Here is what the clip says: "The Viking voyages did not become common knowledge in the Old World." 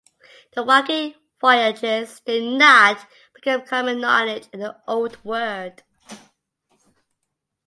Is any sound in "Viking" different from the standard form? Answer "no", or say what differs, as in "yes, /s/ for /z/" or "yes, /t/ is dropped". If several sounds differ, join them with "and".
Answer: yes, /w/ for /v/